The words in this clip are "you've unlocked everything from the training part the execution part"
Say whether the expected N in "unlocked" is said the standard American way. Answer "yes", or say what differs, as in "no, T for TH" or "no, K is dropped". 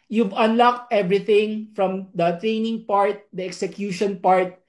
yes